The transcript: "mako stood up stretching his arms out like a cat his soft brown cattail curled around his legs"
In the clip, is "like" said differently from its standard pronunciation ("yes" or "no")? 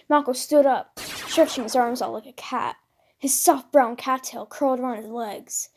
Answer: no